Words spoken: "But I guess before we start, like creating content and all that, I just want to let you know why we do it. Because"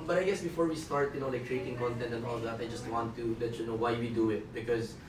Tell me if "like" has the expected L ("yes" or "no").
no